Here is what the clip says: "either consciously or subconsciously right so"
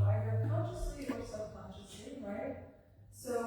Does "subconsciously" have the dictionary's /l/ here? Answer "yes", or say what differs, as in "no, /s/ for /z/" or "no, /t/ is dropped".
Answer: no, /l/ is dropped